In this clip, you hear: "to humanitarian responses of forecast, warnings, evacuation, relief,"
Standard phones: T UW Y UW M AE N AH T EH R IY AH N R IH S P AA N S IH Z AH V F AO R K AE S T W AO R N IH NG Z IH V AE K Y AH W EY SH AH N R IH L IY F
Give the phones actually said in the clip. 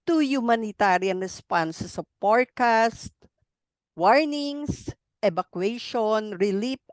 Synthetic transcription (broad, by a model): T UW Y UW M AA N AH T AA R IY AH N R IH S P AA N S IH S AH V P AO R K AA S T W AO R N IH NG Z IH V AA K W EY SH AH N R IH L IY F